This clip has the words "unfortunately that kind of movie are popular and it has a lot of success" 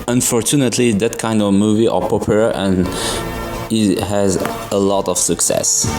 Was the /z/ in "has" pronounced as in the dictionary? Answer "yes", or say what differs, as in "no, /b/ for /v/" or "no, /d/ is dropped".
yes